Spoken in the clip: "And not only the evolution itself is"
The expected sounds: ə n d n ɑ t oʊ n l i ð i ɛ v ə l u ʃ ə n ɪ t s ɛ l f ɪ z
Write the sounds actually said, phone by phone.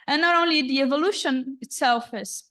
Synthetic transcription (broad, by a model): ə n n ɑ t oʊ n l i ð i ɛ v ə l u ʃ ə n ɪ t s ɛ l f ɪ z